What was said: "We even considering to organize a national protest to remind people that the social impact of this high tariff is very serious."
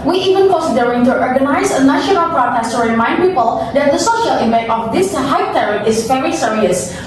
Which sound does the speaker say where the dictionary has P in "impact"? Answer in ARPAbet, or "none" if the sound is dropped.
none